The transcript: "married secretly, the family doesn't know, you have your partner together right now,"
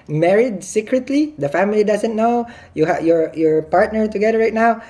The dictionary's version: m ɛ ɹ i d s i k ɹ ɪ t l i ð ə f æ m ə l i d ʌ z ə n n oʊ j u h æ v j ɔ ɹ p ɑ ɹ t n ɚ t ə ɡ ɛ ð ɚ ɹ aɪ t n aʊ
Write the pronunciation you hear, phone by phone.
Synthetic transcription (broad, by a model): m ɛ ɹ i d s i k ɹ ɪ t l i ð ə f æ m ə l i d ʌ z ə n n oʊ j u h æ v j ɔ ɹ p ɑ ɹ t n ɚ t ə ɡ ɛ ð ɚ ɹ aɪ t n aʊ